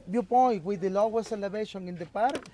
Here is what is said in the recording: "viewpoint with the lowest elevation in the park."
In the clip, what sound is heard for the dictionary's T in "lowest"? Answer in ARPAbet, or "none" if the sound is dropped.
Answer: none